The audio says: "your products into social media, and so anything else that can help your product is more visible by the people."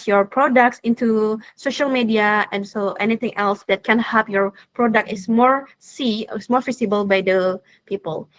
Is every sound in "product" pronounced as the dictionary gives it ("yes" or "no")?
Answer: yes